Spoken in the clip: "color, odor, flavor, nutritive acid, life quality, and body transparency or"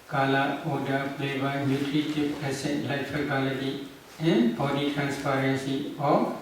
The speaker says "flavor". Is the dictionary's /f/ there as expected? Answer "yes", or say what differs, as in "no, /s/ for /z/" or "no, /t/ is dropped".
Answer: no, /p/ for /f/